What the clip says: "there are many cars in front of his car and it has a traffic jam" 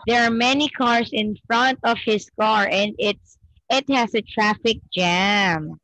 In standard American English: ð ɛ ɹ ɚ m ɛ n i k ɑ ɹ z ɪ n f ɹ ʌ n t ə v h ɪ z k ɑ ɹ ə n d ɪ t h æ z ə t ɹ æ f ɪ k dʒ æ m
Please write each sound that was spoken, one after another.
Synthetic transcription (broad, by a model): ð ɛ ɹ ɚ m ɛ n i k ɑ ɹ s ɪ n f ɹ ʌ n t ə v h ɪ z k ɑ ɹ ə n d ɪ t h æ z ə t ɹ æ f ɪ k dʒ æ m